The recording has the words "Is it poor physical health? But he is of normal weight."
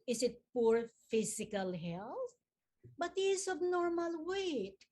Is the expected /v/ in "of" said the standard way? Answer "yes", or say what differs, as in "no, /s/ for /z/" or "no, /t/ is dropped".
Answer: no, /b/ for /v/